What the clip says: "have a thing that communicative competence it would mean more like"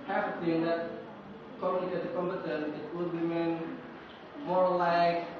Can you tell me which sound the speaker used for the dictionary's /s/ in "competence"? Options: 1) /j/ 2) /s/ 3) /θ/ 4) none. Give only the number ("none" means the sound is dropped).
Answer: 4